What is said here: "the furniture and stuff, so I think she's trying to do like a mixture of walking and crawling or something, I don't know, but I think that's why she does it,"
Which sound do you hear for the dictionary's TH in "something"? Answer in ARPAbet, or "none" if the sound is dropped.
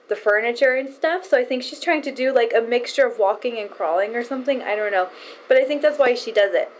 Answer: TH